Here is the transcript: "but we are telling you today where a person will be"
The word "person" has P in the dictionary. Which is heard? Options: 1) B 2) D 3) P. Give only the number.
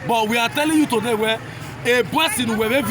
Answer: 1